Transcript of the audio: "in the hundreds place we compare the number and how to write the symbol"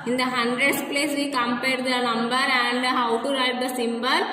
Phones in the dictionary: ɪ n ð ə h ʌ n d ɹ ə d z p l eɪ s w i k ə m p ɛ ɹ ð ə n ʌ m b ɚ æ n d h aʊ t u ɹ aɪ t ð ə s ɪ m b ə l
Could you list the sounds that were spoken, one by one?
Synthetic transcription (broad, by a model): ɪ n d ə h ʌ n d ɹ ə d s p l eɪ s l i k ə m p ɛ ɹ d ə n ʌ m b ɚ æ n d h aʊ t u ɹ aɪ t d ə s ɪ m b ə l